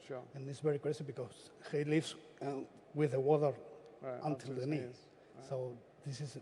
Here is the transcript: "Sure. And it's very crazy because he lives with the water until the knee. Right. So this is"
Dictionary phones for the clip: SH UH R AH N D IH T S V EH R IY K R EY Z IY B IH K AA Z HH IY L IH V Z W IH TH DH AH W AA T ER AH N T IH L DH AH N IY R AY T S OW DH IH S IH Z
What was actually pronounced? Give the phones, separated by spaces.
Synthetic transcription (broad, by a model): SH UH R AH N IH T S V EH R IY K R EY S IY B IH K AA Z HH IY L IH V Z W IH DH AH W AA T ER AH N T IH L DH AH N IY S OW DH IH S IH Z